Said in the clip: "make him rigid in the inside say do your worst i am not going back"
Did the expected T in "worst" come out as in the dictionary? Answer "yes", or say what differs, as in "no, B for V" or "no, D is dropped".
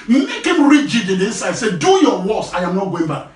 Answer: no, T is dropped